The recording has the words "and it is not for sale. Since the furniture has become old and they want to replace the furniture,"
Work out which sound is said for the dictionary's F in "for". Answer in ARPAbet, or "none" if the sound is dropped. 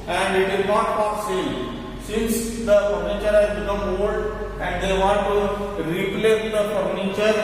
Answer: P